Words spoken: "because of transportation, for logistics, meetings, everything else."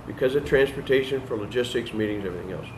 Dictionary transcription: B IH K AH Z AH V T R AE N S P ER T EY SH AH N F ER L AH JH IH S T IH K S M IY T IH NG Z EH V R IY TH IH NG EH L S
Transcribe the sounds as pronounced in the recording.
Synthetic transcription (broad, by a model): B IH K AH Z AH V T R AE N S P ER T EY SH AH N F ER L AH JH IH S T IH K S M IY T IH NG Z EH V R IY TH IH NG EH L S